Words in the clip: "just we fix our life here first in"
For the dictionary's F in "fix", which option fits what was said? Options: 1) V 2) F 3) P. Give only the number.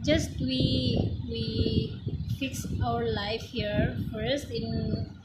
2